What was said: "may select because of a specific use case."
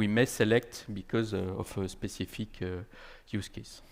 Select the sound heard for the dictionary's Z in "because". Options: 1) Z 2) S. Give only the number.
1